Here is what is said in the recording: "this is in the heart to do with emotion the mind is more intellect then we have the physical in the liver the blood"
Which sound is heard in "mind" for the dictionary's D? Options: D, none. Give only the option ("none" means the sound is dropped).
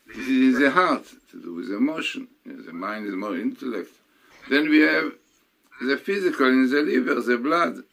D